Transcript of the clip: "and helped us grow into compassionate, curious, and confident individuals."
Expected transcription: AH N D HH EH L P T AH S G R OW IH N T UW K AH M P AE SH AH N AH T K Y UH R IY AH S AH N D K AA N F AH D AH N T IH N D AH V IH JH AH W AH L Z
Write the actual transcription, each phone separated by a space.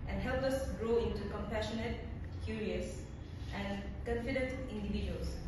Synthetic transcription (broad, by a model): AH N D HH EH L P AH S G R OW IH N T UW K AH M P AE SH AH N AH T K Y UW R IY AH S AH N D K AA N F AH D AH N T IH N D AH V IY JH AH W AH L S